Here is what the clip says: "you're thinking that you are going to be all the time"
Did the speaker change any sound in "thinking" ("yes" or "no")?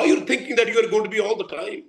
yes